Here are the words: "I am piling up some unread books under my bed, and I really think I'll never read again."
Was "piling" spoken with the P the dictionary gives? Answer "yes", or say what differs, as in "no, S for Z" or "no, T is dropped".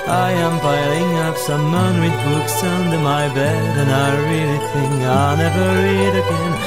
no, B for P